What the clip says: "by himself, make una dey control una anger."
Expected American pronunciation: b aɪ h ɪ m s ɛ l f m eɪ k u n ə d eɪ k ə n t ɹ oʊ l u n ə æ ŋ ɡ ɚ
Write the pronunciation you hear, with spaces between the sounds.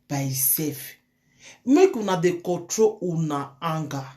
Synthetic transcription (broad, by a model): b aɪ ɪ s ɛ f m eɪ k u n ə d eɪ k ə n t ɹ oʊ u n ə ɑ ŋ ɡ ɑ